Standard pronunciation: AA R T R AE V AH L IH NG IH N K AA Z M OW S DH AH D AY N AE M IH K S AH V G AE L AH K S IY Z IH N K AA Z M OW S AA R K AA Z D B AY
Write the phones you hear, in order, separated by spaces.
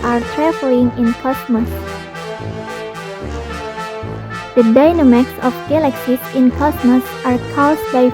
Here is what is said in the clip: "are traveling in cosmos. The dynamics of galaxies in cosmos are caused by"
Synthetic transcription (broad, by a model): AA R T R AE F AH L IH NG IH N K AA S M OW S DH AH D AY N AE M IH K S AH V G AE L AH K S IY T IH N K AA S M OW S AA R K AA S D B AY